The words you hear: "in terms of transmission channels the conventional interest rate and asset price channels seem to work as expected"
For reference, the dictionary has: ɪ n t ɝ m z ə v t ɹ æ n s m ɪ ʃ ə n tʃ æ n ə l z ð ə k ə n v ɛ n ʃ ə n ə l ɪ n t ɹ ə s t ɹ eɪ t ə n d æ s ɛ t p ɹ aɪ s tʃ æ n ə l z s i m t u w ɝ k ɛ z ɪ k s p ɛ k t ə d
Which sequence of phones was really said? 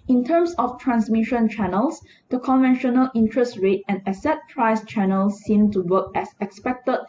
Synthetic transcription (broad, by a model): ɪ n t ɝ m s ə f t ɹ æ n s m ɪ ʃ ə n tʃ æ n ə l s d ə k ə n v ɛ n ʃ ə n ə l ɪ n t ɹ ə s t ɹ eɪ t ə n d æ s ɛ t p ɹ aɪ s tʃ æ n ə l s i m t u w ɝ k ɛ s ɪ k s p ɛ k t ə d